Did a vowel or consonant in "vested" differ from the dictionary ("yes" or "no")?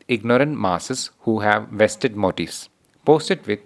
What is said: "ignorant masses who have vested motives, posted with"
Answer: no